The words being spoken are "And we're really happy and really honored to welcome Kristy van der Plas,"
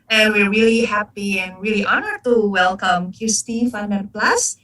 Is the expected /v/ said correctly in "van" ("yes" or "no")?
no